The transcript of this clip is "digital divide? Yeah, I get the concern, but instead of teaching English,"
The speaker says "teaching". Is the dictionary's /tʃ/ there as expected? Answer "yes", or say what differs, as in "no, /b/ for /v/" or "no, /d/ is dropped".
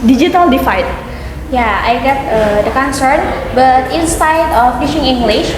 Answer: no, /ʃ/ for /tʃ/